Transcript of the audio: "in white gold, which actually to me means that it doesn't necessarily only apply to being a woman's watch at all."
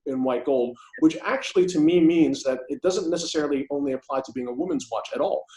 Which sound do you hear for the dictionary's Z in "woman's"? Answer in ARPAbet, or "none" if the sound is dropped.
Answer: Z